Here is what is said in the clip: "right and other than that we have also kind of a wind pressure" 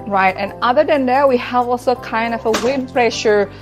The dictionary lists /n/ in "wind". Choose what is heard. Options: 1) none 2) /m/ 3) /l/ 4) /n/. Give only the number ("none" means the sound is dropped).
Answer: 1